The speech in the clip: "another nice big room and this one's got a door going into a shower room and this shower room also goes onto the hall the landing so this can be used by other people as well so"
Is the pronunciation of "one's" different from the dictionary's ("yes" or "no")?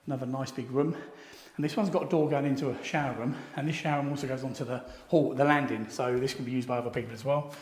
no